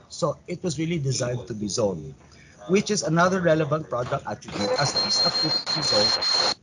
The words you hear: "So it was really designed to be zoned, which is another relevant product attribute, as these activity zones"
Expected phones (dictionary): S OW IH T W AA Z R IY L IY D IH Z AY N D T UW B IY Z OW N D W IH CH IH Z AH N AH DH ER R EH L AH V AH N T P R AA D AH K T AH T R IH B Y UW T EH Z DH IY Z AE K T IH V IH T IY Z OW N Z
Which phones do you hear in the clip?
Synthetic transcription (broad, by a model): S OW IH T W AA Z R IY L IY D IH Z AY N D T UW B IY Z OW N W IH CH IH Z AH N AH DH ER R EH L AH V AH N T P R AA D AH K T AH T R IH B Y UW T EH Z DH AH AE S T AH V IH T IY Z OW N